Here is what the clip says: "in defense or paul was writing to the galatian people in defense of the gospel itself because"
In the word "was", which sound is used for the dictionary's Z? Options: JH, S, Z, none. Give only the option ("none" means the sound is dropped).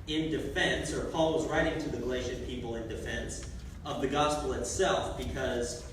Z